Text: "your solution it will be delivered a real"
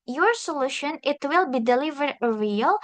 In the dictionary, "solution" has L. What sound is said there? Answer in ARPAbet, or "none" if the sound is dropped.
L